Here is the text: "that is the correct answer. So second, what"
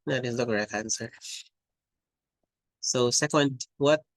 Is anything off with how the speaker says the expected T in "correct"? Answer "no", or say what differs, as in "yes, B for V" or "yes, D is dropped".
yes, T is dropped